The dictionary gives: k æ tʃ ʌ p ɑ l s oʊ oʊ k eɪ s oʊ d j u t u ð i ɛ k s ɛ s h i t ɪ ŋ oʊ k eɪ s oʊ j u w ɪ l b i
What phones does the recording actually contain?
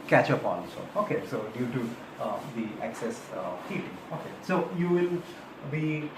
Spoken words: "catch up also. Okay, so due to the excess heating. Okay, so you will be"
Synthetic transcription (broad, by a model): k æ tʃ ʌ p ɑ n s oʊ oʊ k eɪ s oʊ d j u t u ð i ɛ k s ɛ s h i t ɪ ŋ oʊ k eɪ s oʊ j u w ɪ l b i